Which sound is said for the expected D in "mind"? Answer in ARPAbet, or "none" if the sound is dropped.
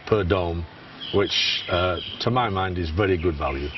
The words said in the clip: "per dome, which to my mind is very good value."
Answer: D